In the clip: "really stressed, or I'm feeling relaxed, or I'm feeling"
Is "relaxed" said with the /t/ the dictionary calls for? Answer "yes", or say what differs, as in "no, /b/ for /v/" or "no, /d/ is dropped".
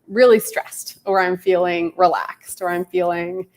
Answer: yes